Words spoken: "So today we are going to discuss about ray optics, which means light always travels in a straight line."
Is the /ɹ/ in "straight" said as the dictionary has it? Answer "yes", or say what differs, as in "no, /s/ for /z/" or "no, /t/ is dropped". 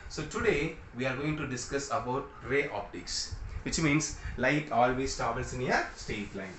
no, /ɹ/ is dropped